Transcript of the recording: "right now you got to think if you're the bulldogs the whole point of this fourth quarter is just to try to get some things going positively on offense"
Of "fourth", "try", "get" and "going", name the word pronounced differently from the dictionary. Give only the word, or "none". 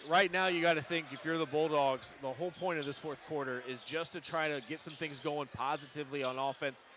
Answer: none